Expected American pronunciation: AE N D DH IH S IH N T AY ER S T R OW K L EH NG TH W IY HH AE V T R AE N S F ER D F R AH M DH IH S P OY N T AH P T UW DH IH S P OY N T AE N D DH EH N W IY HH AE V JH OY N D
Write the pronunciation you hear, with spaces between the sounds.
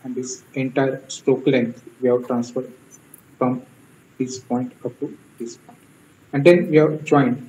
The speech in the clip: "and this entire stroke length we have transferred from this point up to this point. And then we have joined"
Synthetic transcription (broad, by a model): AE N D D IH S IH N T AY ER S T OW K L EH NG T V IY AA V T R AE N S F ER D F R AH M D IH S P OY N T AH P T UW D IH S P OY N T AE N D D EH N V IY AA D JH OY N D